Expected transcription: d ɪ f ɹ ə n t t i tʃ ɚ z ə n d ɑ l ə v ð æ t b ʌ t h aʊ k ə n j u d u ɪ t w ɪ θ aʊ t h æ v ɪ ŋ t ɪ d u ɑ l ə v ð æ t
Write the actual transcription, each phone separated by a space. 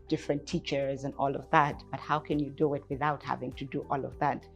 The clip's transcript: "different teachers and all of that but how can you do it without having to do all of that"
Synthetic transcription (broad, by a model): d ɪ f ɹ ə n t t i tʃ ɚ z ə n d ɑ l ə v ð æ t b ʌ t h aʊ k ə n j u d u ɪ t w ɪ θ aʊ t h æ v ɪ ŋ t ɪ d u ɑ l ə v ð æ t